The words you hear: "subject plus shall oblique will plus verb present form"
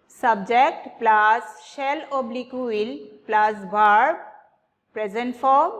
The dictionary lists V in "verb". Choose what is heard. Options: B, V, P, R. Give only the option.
B